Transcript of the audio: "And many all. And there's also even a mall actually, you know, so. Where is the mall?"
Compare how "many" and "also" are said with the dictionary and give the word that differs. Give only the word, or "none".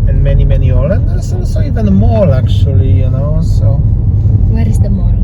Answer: also